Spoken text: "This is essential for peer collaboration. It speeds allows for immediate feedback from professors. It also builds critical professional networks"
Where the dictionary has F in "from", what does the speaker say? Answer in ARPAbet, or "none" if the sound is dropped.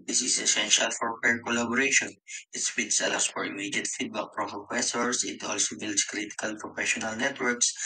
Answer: P